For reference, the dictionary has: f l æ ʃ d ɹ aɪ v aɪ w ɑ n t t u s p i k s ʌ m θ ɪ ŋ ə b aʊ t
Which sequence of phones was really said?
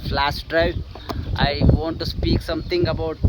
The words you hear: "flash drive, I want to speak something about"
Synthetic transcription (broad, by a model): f l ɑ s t ɹ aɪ aɪ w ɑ n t t u s p i k s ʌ m t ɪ ŋ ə b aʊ t